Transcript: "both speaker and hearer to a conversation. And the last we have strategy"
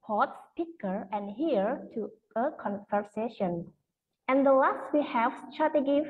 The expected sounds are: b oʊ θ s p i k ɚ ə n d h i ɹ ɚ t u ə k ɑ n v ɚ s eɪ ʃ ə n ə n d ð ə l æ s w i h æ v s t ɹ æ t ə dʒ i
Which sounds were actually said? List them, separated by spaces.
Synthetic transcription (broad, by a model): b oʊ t s p i k ɚ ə n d h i ɚ t u ə k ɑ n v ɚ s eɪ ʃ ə n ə n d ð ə l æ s w i h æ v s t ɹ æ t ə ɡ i